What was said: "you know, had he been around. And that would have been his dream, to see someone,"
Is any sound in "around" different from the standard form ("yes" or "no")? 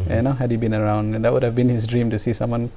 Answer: yes